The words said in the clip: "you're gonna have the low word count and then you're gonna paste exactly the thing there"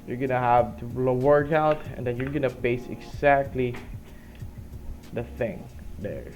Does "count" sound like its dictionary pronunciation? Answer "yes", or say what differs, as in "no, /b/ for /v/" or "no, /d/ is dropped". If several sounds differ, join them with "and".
no, /n/ is dropped